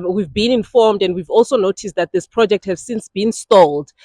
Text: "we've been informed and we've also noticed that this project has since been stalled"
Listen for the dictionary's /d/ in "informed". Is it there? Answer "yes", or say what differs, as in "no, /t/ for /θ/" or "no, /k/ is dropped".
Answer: yes